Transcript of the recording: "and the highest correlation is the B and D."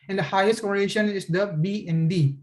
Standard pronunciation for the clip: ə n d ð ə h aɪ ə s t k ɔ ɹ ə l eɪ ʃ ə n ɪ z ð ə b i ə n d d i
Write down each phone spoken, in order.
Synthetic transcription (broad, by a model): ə n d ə h aɪ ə s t k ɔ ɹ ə n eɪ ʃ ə n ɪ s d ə b i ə n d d i